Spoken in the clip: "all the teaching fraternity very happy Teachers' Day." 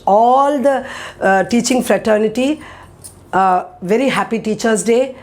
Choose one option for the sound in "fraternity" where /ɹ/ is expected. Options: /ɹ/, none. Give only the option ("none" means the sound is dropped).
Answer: /ɹ/